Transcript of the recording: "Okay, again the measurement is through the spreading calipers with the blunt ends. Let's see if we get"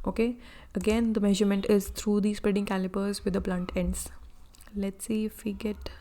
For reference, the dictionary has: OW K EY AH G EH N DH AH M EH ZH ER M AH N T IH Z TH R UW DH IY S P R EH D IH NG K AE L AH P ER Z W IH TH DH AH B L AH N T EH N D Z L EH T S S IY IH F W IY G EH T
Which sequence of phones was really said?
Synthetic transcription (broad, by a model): OW K EY AH G EH N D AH M EH ZH ER M AH N T IH Z T R UW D IY S P R EH D IH NG K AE L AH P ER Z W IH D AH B L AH N T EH N D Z L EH T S S IY IH F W IY G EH T